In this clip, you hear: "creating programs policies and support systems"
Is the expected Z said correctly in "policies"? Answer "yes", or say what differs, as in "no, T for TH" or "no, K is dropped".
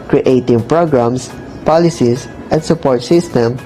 no, S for Z